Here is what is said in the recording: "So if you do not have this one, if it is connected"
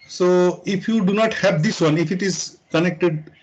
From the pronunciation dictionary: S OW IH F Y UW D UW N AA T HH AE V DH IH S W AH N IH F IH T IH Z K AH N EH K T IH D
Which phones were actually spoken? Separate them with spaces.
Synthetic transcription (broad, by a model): S OW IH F Y UW D UW N AA T HH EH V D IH S W AH N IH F IH T IH Z K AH N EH K T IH D